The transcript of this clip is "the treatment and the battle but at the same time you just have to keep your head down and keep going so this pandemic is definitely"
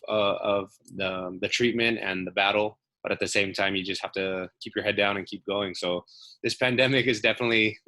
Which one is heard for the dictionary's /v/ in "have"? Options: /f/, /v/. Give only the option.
/f/